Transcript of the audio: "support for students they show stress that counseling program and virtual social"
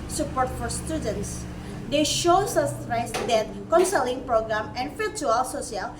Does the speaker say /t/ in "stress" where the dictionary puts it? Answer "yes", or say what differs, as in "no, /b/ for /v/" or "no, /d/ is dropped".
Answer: no, /s/ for /t/